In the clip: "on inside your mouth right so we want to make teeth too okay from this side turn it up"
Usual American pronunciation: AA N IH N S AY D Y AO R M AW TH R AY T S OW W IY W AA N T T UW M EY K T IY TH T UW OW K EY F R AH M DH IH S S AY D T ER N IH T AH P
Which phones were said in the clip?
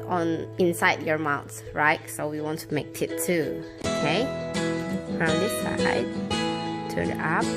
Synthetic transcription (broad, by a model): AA N IH N S AY D Y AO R M AW S R AY T S OW W IY W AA N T T UW M EY K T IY T UW OW K EY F R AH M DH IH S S AY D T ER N IH T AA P